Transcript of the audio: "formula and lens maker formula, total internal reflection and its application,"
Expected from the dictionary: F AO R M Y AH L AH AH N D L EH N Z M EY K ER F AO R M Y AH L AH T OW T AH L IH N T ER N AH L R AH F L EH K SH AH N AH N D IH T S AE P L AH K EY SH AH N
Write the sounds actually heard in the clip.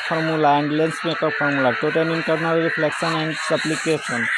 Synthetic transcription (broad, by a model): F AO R M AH L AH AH N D L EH N S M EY K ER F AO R M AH L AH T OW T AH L IH N T ER N AH L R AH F L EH K S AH N AH N D S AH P L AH K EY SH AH N